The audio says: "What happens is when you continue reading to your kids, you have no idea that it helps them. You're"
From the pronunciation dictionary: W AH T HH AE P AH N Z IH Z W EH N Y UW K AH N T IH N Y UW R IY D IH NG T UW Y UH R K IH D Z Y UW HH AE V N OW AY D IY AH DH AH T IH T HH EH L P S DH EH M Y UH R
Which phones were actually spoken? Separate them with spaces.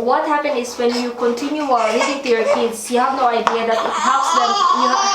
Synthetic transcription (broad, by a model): W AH T HH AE P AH N IH S W EH N Y UW K AH N T IH N Y UW W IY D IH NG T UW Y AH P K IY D S Y UW HH AE V N OW AY D IY AH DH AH T IH T HH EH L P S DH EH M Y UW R